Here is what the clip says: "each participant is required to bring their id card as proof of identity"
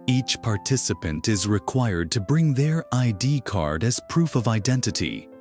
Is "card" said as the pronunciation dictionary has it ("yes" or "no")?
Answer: yes